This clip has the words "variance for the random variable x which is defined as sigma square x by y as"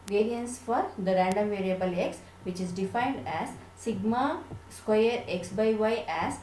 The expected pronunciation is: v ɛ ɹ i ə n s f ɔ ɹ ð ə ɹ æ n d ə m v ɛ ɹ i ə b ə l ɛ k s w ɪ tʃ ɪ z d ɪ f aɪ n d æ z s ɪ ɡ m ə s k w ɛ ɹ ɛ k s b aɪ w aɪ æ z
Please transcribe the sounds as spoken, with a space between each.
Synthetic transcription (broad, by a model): v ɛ ɹ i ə n s f ɔ ɹ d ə ɹ æ n d ə m v ɛ ɹ i ə b ə l ɛ k s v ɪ tʃ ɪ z d ɪ f aɪ n d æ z s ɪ ɡ m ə s k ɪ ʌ ɹ ɛ k s b aɪ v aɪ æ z